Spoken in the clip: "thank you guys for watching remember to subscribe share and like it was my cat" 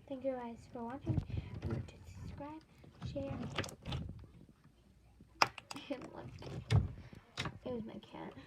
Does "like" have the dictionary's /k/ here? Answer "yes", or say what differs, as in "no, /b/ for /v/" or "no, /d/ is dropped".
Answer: no, /k/ is dropped